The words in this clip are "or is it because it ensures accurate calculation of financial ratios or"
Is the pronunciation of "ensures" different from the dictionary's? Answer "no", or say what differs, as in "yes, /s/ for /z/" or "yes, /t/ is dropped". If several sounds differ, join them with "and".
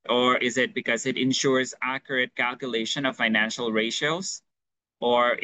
no